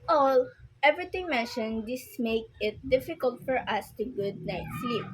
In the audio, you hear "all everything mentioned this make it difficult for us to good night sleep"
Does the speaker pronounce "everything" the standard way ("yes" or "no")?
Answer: no